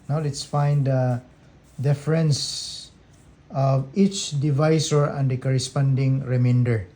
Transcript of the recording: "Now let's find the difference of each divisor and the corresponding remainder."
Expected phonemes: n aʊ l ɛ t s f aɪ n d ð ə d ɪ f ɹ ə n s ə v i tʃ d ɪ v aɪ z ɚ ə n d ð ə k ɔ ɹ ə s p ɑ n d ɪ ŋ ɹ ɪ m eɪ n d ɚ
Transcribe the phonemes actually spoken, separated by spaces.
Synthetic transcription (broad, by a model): n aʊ l ɛ t s f aɪ n d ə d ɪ f ɹ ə n s ə v i tʃ d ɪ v aɪ s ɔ ə n d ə k ɔ ɹ ə s p ɑ n d ɪ ŋ ɹ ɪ m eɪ n d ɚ